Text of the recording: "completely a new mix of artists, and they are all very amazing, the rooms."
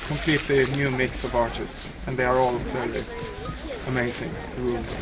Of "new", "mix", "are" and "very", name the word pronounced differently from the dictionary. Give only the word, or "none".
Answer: very